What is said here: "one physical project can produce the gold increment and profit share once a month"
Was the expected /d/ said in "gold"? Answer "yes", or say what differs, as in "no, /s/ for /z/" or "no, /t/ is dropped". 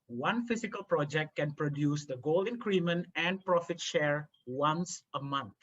no, /d/ is dropped